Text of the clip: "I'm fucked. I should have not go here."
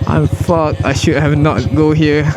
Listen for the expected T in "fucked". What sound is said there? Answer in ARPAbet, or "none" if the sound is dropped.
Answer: none